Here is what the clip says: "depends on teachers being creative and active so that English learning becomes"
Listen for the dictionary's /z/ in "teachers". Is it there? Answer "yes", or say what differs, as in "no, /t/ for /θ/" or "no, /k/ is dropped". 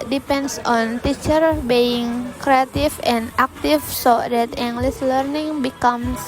no, /z/ is dropped